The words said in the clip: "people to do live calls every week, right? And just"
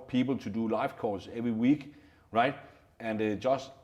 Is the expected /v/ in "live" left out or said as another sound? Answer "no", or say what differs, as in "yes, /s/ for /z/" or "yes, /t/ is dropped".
yes, /f/ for /v/